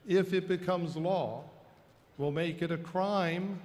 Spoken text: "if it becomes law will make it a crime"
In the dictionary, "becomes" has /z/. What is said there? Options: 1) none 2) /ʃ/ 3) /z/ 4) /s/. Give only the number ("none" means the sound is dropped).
3